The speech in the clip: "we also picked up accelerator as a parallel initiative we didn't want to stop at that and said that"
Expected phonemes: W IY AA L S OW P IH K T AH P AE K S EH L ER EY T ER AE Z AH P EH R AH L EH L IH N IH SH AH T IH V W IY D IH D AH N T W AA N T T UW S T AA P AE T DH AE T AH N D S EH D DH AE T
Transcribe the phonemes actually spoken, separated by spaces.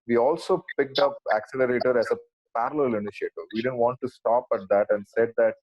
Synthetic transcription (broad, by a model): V IY AA L S OW P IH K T AH P AE K S EH L ER EY T ER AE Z AH P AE R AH L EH L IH N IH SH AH T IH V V IY D IH D AH N T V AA N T T UW S T AA P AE T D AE T AH N D S EH D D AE T